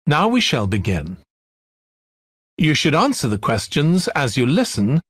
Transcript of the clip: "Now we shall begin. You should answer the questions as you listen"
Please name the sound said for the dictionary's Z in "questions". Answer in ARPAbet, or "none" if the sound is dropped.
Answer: Z